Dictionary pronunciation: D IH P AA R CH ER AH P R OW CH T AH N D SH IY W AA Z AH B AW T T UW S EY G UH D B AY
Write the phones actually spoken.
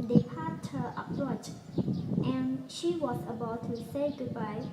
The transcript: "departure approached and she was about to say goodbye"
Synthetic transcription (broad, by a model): D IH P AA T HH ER AH P R OW CH T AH N SH IY W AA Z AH B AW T T UW S EY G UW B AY